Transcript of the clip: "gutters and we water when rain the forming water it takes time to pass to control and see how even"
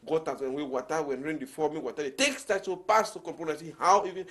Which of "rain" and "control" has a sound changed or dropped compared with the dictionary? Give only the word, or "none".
control